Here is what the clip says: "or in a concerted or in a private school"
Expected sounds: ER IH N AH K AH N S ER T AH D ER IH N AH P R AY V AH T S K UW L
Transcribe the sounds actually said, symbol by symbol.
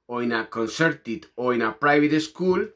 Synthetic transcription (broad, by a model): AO IH N AH K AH N S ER T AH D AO IH N AH P R AY B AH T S K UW L